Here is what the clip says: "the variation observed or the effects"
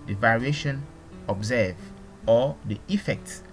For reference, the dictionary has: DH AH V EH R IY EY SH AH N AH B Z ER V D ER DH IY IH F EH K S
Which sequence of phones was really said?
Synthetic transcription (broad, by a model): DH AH V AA R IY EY SH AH N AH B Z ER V AO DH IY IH F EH K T